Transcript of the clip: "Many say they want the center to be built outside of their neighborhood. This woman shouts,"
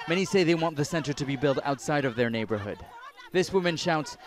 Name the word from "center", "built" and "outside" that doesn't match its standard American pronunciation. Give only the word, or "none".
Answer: none